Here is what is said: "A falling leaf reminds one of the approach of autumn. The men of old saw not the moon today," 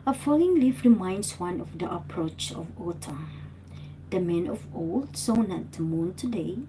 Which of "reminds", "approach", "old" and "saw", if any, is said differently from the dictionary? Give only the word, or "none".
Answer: reminds